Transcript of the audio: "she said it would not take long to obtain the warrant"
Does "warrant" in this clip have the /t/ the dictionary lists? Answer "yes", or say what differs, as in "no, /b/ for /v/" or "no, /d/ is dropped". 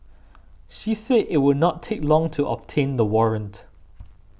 yes